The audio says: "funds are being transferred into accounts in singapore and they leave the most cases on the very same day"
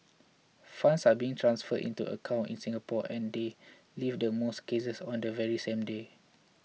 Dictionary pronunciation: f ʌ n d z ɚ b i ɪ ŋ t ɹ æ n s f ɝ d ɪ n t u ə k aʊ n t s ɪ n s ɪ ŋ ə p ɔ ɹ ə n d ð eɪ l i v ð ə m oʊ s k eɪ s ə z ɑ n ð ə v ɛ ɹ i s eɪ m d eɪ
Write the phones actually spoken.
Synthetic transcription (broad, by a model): f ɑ n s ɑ b i ɪ ŋ t ɹ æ n s f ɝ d ɪ n t u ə k aʊ n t ɪ n s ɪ ŋ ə p ɔ ə n d eɪ l i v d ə m oʊ s k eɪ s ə s ɑ n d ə v ɛ ɹ i s eɪ m d eɪ